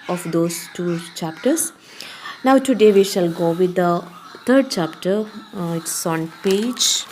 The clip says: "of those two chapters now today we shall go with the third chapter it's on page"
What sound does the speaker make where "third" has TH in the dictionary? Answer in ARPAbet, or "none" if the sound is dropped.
T